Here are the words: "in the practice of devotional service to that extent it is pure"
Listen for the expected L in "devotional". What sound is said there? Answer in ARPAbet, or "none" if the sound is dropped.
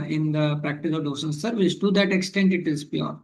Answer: N